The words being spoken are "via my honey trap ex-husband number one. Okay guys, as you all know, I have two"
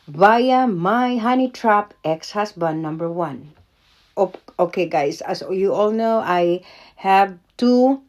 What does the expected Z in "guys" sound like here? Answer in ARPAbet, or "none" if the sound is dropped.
S